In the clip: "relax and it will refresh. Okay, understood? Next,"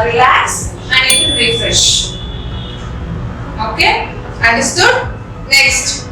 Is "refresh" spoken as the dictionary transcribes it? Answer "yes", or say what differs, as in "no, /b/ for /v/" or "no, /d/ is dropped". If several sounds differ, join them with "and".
yes